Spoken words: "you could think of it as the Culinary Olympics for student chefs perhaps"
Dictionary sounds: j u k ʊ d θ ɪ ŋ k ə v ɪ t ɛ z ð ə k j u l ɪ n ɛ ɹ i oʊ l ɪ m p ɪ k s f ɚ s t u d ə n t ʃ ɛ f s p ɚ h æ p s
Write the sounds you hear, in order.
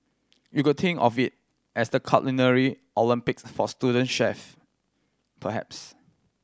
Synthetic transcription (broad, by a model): j u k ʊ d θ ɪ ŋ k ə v ɪ t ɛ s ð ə k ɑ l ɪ n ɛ ɹ i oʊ l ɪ m p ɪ k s f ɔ s t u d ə n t ʃ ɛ f p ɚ h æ p s